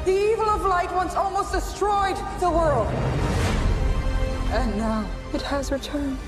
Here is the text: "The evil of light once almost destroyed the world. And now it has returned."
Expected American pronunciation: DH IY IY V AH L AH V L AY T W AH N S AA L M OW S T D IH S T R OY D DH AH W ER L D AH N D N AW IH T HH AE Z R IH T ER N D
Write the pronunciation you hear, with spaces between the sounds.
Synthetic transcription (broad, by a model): DH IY IY V AH L AH V L AY T W AH N S AA L M OW S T D IH S T R OY D DH AH W ER L D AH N N AW IH T HH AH Z R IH T ER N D